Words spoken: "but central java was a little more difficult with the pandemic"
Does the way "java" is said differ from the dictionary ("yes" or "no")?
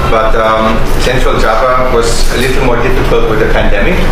yes